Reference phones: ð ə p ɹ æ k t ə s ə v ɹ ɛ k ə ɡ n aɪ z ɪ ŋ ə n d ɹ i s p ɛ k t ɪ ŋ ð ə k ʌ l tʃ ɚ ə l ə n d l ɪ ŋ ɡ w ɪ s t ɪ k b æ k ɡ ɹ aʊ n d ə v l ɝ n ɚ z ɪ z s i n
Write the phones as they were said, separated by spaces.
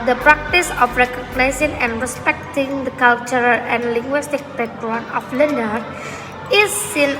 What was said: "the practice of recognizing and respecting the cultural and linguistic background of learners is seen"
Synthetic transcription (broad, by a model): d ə p ɹ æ k t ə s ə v ɹ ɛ k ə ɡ n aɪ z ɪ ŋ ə n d ɹ i s p ɛ k t ɪ ŋ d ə k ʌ l tʃ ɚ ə l ə n d l ɪ ŋ ɡ w ɪ s t ɪ k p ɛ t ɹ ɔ n ə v l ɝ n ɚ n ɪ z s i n